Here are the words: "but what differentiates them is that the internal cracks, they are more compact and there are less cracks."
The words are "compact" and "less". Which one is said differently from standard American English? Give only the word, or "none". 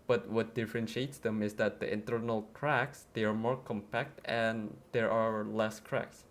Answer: none